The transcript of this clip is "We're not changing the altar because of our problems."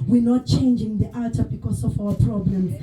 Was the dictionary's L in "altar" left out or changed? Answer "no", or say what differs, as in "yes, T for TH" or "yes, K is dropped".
yes, L is dropped